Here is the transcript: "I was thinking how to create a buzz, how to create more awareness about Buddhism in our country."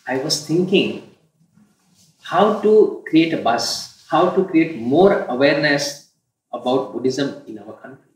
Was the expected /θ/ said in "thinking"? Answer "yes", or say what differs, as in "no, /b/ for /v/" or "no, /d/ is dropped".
no, /t/ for /θ/